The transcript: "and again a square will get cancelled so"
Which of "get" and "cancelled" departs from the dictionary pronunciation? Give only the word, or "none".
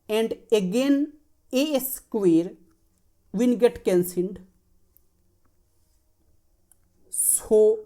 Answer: cancelled